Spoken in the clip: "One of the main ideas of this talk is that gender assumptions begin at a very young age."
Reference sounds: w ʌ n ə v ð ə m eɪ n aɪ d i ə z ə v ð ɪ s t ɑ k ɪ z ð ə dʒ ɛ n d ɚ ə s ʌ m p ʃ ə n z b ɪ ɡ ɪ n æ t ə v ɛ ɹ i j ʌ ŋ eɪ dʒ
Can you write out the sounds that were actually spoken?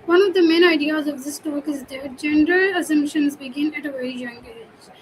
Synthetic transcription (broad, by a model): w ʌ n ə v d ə m eɪ n aɪ d i ə z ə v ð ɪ s t ɑ k ɪ z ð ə dʒ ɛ n d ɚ ə s ʌ m p ʃ ə n z b ɪ ɡ ɪ n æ t ə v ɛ i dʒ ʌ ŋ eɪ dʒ